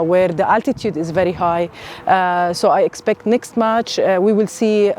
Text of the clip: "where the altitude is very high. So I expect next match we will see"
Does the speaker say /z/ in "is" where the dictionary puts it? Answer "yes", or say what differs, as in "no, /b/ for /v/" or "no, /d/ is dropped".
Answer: yes